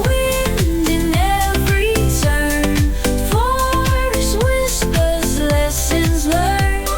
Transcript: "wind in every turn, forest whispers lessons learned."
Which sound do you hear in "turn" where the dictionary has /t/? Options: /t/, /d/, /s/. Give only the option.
/s/